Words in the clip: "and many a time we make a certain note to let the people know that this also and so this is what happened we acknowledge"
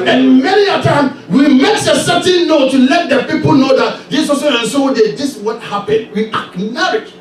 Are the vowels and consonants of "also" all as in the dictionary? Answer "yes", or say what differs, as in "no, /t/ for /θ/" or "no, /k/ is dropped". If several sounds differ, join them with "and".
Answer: no, /l/ is dropped